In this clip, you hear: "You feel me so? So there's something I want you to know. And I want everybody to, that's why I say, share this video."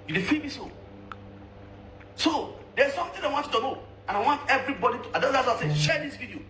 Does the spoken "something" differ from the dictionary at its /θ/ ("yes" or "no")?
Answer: yes